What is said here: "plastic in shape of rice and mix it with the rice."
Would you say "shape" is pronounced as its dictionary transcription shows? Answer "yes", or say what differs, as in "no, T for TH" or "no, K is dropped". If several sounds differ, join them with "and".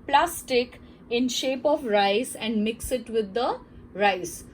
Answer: yes